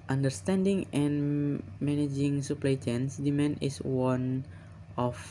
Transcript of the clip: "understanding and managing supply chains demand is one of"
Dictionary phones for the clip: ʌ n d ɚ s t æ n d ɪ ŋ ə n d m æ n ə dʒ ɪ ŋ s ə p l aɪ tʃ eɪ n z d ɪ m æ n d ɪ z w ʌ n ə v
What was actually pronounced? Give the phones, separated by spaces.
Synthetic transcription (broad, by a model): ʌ n d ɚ s t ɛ n d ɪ ŋ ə n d m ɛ n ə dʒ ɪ ŋ s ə p l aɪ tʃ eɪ n s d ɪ m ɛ n ɪ s w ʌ n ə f